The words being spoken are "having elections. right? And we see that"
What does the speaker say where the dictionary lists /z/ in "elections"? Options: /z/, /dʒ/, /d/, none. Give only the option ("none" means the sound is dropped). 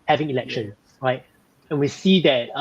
none